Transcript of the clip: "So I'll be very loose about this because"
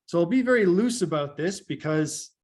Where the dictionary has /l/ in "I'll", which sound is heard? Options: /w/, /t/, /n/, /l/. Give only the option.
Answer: /l/